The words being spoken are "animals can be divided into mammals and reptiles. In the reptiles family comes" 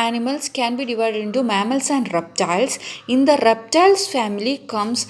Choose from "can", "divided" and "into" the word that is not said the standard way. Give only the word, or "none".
none